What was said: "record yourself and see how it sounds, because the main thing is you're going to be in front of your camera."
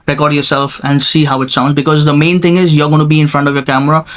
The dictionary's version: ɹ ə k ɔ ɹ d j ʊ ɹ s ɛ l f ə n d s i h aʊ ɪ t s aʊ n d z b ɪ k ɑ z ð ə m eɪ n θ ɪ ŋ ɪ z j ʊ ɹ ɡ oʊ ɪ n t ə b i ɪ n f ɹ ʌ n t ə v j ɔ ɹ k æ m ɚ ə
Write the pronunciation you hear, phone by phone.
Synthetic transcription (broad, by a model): ɹ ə k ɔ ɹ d j ʊ ɹ s ɛ l f ə n d s i h aʊ ɪ t s aʊ n d z b ɪ k ɑ z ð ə m eɪ n t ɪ ŋ ɪ z j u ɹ ɡ oʊ ɪ n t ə b i ɪ n f ɹ ʌ n t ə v j ɔ ɹ k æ m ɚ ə